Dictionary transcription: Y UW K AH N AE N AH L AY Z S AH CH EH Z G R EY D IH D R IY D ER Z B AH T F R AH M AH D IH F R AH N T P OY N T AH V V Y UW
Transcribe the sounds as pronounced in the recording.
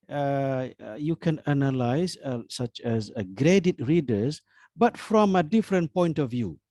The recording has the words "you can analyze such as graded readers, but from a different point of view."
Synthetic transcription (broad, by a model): Y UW K AH N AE N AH L AY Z S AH CH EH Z G R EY D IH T R IY D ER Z B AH T F R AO M AH D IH F R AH N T P OY N T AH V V Y UW